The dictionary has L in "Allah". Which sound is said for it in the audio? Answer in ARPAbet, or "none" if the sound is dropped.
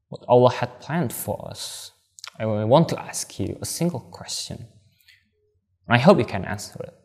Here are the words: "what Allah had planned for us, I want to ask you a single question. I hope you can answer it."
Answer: L